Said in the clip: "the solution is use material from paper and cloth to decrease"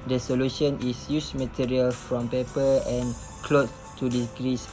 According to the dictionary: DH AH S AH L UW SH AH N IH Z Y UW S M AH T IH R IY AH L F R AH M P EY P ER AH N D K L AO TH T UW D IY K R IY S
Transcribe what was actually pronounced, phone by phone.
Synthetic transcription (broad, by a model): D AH S AH L UW SH AH N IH S Y UW S M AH T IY R IY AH L F R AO M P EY P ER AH N K L AO S T UW D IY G R IY S